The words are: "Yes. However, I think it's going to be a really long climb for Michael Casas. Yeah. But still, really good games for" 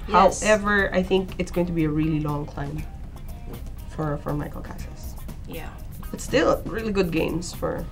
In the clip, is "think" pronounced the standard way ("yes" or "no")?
yes